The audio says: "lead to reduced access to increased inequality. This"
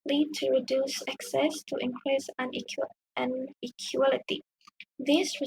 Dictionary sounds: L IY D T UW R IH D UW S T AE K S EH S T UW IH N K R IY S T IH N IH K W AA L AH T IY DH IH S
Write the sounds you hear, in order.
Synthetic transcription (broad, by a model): L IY D T UW R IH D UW S AE K S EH S T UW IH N K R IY S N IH N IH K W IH L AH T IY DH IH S